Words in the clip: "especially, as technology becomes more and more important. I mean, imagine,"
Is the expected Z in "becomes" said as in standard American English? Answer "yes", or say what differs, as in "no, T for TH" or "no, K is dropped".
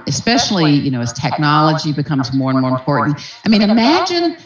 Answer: yes